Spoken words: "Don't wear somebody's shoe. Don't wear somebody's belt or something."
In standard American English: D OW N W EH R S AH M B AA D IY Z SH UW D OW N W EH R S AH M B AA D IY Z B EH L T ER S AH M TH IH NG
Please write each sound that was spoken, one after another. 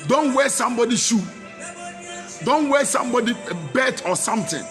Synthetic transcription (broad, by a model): D OW N W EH S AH M B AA D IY SH UW D OW N W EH S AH M B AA D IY B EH T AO S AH M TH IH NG